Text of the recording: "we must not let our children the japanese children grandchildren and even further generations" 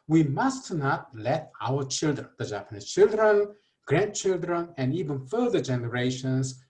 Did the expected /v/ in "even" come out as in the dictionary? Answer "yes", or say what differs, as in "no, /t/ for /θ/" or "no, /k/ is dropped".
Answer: yes